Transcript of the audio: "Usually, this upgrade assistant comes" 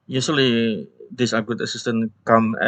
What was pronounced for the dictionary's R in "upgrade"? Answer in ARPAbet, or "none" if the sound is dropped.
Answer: none